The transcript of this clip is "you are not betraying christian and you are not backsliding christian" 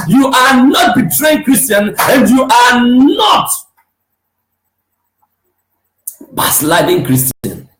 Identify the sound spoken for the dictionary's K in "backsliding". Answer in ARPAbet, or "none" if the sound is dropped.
none